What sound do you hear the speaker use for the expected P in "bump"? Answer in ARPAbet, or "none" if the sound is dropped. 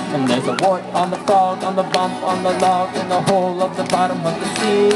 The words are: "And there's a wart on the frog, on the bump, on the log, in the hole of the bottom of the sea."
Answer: P